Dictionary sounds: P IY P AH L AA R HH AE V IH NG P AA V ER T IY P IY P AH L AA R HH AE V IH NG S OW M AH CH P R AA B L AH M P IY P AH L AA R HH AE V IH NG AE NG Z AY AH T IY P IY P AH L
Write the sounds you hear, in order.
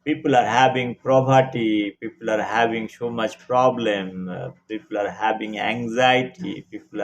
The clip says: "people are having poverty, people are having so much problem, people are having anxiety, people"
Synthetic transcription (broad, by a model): P IY P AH L AA R HH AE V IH NG P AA P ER T IY P IY P AH L AA R HH AE V IH NG S OW M AH CH P R AA B L AH M P IY P AH L AA R HH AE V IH NG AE NG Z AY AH T IY P IY P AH L